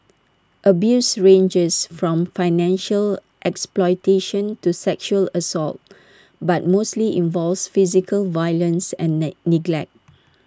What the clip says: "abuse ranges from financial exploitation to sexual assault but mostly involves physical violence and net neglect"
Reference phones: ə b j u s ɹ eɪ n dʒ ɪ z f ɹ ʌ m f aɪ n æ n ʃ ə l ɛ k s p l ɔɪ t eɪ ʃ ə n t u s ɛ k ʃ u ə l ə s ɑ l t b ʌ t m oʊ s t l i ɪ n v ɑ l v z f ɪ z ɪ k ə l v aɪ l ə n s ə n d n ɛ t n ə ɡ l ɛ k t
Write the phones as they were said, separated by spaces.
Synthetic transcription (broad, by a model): ə b j u s ɹ eɪ n dʒ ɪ s f ɹ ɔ m f aɪ n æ n ʃ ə l ɛ k s p l ɔɪ t eɪ ʃ ə n t u s ɛ k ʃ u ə l ə s ɑ l t b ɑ t m oʊ s t l i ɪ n v ɑ l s f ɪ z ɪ k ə l v aɪ l ə n s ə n n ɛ n ə ɡ l ɛ k t